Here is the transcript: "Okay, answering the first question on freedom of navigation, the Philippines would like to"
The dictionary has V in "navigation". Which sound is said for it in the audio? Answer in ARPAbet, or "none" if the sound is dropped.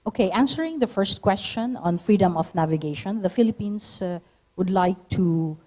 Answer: V